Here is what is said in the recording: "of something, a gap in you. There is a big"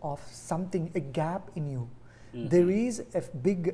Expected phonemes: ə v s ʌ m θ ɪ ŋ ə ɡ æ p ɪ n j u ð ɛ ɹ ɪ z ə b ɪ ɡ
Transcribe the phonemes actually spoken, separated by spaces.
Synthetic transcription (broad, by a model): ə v s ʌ m t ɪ ŋ ə ɡ æ p ɪ n j u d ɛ ɹ ɪ z ə b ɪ ɡ